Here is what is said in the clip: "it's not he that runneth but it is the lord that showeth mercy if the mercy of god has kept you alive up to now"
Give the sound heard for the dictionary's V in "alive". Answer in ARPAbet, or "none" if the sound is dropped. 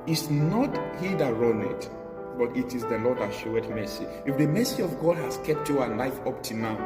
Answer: F